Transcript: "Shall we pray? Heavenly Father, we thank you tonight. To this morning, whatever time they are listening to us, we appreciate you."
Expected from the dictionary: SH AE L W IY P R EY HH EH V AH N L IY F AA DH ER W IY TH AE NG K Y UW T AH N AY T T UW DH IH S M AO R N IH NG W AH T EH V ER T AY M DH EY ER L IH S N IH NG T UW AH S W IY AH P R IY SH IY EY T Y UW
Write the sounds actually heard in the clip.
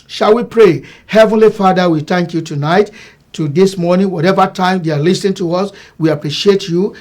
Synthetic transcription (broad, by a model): SH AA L W IY P R EY HH EH V AH N L IY F AA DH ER W IY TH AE NG K Y UW T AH N AY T T UW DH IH S M AO R N IH NG W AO T EH V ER T AY M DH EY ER L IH S N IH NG T UW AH S W IY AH P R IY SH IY EY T Y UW